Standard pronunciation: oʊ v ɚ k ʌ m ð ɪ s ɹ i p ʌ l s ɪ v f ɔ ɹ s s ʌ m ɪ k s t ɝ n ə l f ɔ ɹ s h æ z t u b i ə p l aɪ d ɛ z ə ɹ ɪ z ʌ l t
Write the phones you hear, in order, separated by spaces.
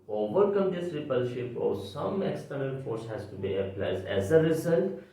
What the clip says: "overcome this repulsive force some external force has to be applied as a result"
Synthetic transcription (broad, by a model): oʊ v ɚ k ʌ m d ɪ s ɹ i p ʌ l ʃ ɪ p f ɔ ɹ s s ʌ m ɪ k s t ɝ n ə l f ɔ ɹ s h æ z t u b i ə p l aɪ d ɛ z ə ɹ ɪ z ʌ l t